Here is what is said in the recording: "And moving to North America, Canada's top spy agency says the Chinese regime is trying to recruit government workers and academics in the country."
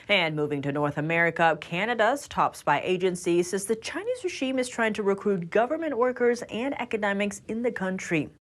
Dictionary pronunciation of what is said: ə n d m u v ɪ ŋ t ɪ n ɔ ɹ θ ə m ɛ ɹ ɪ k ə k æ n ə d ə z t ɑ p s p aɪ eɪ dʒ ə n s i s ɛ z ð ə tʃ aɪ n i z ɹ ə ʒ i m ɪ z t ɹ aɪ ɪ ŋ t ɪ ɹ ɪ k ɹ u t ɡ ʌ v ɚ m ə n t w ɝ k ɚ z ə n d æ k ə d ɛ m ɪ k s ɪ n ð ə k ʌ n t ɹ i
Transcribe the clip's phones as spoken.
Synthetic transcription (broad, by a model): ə n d m u v ɪ ŋ t ɪ n ɔ ɹ θ ə m ɛ ɹ ɪ k ə k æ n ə d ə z t ɑ p s b aɪ eɪ dʒ ə n s i s ɛ z ð ə tʃ aɪ n i z ɹ ə ʒ i m ɪ z t ɹ aɪ ɪ ŋ t ɪ ɹ ɪ k ɹ u t ɡ ʌ v ɚ m ə n t w ɝ k ɚ z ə n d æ k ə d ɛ m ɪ k s ɪ n ð ə k ʌ n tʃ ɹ i